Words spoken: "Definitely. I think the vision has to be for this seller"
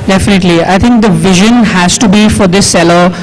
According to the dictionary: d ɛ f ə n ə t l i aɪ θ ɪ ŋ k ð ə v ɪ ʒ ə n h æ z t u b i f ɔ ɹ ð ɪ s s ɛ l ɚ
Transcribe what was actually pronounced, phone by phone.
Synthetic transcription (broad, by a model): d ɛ f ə n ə t l i aɪ t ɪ ŋ k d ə v ɪ ʒ ə n h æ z t u b i f ɔ ɹ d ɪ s s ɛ l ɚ